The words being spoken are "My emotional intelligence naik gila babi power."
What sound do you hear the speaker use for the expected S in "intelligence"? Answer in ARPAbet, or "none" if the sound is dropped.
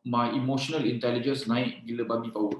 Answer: S